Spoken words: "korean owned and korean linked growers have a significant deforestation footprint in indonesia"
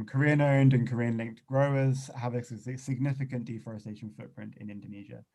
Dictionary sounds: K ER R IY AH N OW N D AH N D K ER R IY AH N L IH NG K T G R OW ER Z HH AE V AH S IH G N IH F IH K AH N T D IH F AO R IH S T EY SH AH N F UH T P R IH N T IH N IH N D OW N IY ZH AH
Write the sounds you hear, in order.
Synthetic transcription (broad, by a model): K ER R IY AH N OW N D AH N K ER R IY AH N L IH NG K T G R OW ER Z HH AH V AH S IH G N IH F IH K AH N D IH F AO R IH S T EY SH AH N F UH T P R IH N T IH N IH N D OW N IY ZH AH